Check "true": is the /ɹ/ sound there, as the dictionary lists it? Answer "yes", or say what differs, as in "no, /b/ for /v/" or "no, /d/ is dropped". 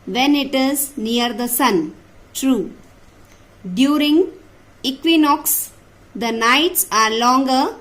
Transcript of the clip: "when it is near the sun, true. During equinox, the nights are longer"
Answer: yes